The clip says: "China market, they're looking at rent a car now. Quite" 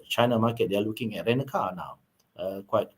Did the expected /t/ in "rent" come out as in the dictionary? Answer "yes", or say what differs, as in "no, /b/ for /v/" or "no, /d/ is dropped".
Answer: no, /t/ is dropped